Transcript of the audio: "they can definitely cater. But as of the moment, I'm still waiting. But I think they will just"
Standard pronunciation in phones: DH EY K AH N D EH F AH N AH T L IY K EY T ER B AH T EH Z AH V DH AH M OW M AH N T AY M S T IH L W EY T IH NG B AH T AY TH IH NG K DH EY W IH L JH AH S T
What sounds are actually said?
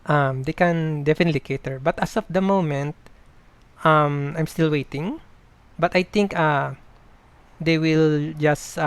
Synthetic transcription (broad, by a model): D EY K AH N D EH F AH N AH T L IY K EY T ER B AH T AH S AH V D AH M OW M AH N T AY M S T IH L W EY T IH NG B AH T AY T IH NG K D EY W IH L JH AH S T